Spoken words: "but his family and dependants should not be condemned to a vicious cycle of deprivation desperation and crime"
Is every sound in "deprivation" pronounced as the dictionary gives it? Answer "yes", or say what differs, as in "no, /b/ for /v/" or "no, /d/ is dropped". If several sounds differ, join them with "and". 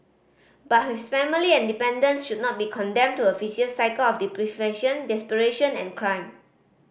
no, /f/ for /v/